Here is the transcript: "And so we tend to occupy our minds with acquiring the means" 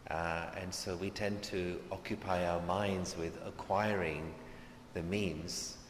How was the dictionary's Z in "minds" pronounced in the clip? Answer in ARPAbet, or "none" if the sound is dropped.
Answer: Z